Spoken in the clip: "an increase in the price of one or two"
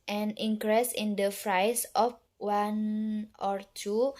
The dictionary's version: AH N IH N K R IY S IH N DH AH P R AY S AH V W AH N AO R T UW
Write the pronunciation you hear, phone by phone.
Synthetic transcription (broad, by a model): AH N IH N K R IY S IH N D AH F R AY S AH F W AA N AO R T UW